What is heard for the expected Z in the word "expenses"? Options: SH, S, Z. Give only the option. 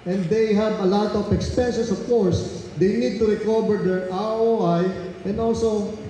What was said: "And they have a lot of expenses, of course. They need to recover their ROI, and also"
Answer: S